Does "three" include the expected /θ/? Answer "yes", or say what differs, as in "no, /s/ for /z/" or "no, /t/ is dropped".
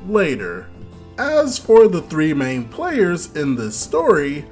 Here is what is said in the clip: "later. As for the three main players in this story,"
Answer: yes